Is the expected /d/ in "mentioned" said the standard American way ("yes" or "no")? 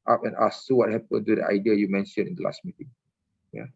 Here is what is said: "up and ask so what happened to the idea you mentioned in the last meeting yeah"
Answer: no